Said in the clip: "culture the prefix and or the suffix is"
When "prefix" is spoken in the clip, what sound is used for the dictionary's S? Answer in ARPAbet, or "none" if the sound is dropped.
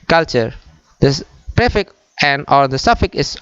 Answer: none